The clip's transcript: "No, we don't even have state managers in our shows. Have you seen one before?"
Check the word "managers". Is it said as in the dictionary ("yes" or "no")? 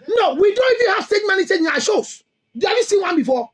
no